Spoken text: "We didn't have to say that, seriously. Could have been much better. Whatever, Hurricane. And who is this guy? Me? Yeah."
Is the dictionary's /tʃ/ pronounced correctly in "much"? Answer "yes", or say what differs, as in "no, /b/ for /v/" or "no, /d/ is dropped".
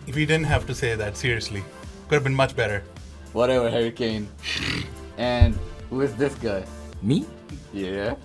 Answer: yes